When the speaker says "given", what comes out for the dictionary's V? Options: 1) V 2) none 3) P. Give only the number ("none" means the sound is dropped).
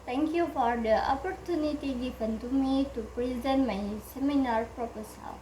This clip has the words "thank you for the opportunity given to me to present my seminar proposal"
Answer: 3